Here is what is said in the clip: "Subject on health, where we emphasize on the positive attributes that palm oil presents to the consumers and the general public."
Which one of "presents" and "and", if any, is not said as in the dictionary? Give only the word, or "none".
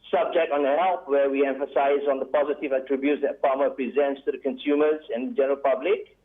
none